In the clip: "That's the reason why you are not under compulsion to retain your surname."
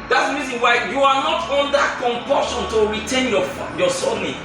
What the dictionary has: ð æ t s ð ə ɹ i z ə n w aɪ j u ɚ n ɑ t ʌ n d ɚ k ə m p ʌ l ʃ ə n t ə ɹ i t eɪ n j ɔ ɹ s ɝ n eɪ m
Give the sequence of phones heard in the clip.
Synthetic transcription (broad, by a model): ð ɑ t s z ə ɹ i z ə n w aɪ j u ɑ n ɑ t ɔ n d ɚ k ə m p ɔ ʃ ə n t ə ɹ i t eɪ n j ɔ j s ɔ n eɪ